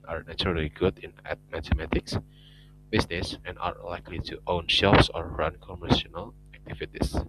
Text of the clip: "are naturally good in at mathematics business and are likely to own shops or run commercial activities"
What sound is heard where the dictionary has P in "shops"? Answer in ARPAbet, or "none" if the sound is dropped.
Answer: F